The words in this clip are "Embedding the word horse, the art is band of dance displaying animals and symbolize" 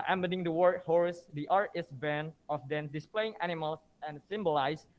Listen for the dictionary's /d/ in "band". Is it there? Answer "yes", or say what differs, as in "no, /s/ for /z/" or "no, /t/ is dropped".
no, /d/ is dropped